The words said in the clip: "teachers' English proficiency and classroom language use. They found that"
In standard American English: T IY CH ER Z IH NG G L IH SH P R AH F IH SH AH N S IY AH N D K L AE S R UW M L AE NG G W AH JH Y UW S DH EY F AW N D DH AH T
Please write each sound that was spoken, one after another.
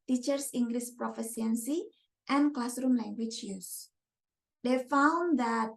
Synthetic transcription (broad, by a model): T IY CH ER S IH NG G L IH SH P R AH F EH S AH N S IY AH N K L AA S R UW M L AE NG G W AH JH Y UW S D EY F AW N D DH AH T